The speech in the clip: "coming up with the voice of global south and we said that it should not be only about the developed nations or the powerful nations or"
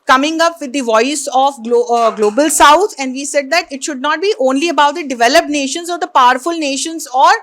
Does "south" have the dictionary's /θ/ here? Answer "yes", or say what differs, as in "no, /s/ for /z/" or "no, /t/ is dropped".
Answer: no, /t/ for /θ/